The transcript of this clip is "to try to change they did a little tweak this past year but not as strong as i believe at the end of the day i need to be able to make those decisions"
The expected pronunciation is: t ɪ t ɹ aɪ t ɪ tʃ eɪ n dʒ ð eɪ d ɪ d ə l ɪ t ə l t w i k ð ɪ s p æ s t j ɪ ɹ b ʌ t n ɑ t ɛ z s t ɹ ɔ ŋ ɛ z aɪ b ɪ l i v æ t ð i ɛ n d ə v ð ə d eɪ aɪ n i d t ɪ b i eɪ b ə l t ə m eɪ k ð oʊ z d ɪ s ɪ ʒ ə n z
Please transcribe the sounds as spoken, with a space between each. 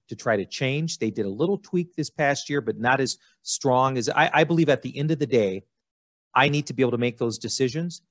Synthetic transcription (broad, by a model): t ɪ t ɹ aɪ t ɪ tʃ eɪ n dʒ ð eɪ d ɪ d ə l ɪ t l t w i k ð ɪ s p æ s t j ɪ ɹ b ʌ t n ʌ t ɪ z s t ɹ ɔ ŋ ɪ z aɪ b ɪ l i v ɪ t ð i ɛ n d ə v ð ə d eɪ aɪ n i d t ɪ b i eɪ ə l t ə m eɪ k ð oʊ z d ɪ s ɪ ʒ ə n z